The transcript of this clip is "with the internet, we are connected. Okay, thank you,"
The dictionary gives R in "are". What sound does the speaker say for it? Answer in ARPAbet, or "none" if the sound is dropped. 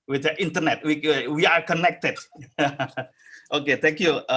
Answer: R